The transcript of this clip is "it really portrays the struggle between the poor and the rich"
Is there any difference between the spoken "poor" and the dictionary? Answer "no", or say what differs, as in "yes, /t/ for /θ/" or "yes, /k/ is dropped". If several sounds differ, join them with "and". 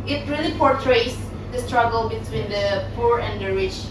no